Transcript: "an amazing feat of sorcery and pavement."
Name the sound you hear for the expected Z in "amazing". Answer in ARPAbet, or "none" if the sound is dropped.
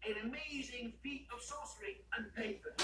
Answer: Z